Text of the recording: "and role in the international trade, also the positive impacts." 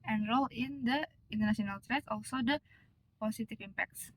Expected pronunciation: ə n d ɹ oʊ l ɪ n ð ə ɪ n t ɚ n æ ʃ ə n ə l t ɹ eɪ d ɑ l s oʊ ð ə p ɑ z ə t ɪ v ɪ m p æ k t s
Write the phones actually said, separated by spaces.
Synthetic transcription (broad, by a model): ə n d ɹ oʊ l ɪ n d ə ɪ n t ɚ n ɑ s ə n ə l t ɹ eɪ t ɑ l s oʊ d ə p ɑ s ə t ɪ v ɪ m p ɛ k t s